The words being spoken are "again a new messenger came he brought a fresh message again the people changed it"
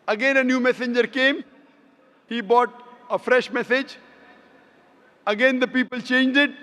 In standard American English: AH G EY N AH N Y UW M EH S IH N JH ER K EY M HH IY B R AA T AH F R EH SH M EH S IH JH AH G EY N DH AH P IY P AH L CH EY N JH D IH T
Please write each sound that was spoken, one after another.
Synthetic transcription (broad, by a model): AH G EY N AH N Y UW M EH S IH N JH ER K EY M HH IY B AA T AH F R EH SH M EH S IH JH AH G EY N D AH P IY P AH L CH EY N JH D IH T